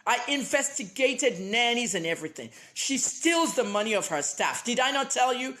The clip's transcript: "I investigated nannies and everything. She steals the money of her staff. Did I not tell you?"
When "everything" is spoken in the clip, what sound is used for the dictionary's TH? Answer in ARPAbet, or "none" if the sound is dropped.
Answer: TH